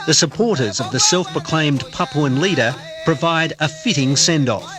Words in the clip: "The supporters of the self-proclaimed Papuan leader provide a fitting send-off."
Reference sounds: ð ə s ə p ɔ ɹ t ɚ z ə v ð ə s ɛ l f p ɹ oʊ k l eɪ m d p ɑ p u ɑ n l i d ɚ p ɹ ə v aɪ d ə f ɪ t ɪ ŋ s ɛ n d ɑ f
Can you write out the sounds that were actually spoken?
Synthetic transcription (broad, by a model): ð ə s ə p ɔ ɹ t ɚ z ə v ð ə s ɛ l f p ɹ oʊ k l eɪ m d p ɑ p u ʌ n l i d ɚ p ɹ ə v aɪ d ə f ɪ t ɪ ŋ s ɛ n d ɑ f